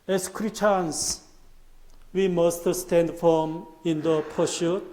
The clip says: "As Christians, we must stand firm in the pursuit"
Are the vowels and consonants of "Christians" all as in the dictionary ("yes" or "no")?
no